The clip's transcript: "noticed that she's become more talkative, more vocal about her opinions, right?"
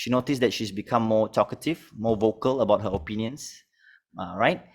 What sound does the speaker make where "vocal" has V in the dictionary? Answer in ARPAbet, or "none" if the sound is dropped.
V